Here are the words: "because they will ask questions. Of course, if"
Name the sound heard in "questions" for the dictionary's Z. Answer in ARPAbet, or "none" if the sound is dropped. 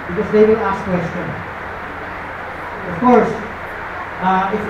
none